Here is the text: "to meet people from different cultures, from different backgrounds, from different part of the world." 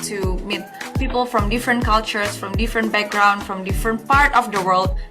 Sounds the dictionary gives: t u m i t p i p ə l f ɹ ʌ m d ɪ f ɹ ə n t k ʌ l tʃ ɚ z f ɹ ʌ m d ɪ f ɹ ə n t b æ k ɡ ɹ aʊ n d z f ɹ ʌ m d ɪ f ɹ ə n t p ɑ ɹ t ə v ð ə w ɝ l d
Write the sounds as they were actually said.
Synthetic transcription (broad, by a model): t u m i t p i p ə l f ɹ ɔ m d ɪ f ɹ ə n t k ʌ l tʃ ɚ s f ɹ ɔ m d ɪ f ɹ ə n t b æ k ɡ ɹ aʊ n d f ɹ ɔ m d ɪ f ɹ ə n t p ɑ ɹ t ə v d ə w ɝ l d